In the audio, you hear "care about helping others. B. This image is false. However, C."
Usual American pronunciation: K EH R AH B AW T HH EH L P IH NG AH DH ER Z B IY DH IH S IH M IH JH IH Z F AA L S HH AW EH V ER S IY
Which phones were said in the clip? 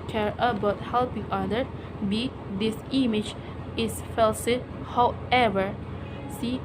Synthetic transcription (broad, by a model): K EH R AH B AW T HH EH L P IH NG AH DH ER B IY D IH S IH M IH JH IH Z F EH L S HH AW EH V ER S IY